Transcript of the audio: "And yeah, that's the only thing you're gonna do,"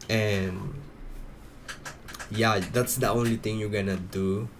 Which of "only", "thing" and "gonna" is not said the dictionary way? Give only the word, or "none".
thing